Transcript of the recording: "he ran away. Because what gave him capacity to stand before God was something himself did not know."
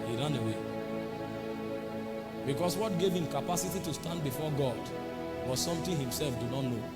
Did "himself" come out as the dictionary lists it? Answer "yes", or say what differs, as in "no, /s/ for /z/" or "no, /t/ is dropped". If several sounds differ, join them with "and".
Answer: yes